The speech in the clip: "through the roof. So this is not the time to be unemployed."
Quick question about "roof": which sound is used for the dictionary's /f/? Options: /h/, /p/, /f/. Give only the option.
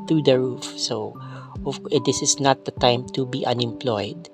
/f/